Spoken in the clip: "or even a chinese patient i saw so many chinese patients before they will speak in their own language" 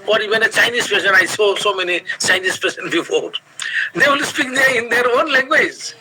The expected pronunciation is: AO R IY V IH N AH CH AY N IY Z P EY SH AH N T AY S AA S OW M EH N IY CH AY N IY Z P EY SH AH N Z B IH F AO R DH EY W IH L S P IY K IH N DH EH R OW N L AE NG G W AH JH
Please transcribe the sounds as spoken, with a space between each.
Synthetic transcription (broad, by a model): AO R IY V IH N AH CH AY N IY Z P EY S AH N AY S AA S OW M EH N IY CH AY N IY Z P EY S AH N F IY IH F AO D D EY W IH L S P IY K IH N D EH R OW N L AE NG G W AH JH